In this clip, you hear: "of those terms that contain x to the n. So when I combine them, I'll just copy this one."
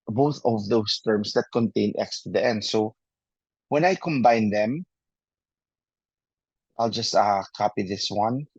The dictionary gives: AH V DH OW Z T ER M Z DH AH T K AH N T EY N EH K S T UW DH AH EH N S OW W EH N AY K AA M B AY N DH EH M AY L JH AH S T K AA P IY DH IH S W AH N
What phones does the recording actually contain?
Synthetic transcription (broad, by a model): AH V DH OW S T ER M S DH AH T K AH N T EY N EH K S T UW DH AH EH N S OW W EH N AY K AA M B AY N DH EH M AY L JH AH S T K AA P IY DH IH S W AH N